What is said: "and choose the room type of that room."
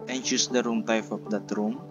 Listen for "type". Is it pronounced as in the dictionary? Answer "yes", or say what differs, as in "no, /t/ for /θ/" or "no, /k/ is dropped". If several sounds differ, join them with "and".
no, /f/ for /p/